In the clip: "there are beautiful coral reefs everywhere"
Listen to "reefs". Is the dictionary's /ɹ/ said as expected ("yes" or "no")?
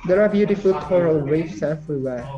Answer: no